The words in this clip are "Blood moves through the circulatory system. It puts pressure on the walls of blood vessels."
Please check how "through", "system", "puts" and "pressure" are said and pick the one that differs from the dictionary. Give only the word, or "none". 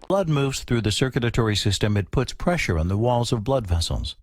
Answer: none